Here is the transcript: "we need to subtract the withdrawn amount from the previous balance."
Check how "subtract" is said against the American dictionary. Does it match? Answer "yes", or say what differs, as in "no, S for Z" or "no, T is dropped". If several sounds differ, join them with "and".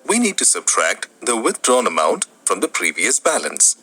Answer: yes